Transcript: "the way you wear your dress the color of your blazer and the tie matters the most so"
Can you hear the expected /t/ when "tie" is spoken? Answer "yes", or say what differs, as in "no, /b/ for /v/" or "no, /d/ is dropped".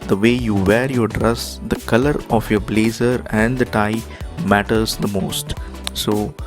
yes